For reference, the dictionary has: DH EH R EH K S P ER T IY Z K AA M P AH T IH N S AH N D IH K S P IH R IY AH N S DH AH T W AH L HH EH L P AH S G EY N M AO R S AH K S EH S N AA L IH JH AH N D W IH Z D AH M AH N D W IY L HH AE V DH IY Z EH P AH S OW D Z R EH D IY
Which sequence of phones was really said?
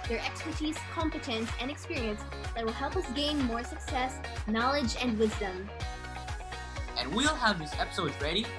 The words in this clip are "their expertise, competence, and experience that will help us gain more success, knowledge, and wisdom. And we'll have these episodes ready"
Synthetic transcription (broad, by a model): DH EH R EH K S P ER T IY Z K AA M P AH T IH N S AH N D IH K S P IH R IY AH N S DH AH T W AH L HH EH L P AH S G EY N M AO R S AH K S EH S N AA L IH JH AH N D W IH Z D AH M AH N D W IY L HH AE V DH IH S EH P AH S OW D Z R EH D IY